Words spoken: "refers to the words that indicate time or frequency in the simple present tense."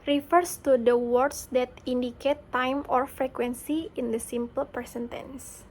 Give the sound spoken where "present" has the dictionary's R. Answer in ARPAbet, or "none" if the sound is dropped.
none